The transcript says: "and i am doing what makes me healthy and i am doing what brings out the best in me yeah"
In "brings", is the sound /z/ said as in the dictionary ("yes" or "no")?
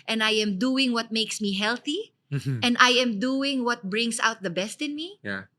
no